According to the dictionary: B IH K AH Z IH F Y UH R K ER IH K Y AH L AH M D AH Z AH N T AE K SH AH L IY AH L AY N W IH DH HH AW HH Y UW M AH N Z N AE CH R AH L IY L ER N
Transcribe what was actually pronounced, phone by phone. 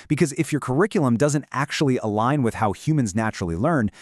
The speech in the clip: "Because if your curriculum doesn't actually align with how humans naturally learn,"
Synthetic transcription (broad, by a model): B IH K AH Z IH F Y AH R K ER IH K Y L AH M D AH Z AH N T AE K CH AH L IY AH L AY N W IH DH HH AW HH Y UW M AH N Z N AE CH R L IY L ER N